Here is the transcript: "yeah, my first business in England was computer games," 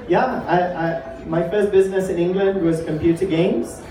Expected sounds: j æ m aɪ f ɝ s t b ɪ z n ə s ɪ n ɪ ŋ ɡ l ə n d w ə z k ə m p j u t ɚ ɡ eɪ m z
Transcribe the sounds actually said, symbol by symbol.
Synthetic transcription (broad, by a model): j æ m aɪ f ɝ s t b ɪ z n ə s ɪ n ɪ ŋ ɡ l ə n d w ə z k ə m p j u t ɚ ɡ eɪ m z